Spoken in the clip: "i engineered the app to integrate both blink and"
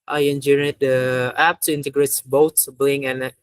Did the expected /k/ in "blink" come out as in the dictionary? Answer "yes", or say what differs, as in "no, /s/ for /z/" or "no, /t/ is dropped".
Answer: no, /k/ is dropped